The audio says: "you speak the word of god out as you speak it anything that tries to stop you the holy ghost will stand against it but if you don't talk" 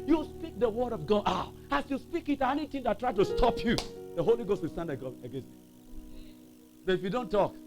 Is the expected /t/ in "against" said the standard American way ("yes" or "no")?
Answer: no